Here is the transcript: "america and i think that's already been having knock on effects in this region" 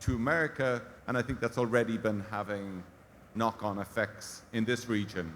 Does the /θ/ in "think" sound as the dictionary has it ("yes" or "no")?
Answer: yes